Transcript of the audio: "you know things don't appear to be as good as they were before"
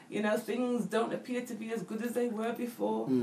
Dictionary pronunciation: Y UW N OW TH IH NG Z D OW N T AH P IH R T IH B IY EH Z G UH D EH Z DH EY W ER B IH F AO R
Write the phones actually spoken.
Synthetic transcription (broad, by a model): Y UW N OW TH IH NG Z D OW N T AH P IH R T IH B IY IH Z G UH D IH Z DH EY W ER B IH F AO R